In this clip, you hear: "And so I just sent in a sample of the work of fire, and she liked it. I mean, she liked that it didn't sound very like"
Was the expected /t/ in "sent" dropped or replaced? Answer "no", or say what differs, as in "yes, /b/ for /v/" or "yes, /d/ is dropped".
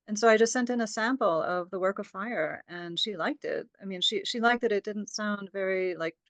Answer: no